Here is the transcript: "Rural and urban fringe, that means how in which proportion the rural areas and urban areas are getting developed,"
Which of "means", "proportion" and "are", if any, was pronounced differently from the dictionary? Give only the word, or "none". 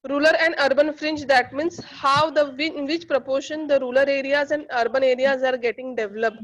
means